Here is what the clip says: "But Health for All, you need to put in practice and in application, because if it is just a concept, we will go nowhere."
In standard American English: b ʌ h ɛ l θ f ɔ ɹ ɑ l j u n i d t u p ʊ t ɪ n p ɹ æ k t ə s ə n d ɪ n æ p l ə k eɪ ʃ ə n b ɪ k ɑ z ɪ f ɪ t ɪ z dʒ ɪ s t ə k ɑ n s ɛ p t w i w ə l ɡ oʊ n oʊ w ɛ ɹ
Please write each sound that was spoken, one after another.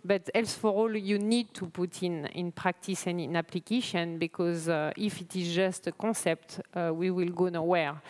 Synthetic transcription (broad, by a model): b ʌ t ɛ l s f ɔ ɹ ɑ l j u n i d t u p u t ɪ n p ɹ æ k t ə s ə n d ɪ n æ p l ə k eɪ ʃ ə n b ɪ k ɑ z ɪ f ɪ t ɪ z dʒ ɪ s t ə k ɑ s ɛ p t w i w ə l ɡ oʊ n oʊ w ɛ ɹ